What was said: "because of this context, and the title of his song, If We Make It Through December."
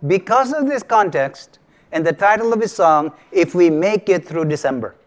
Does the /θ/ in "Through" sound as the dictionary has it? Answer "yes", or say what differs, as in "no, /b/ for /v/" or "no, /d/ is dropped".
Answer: no, /t/ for /θ/